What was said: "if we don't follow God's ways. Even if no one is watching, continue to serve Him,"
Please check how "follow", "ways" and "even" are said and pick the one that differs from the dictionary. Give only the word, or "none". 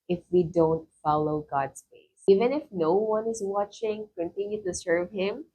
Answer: ways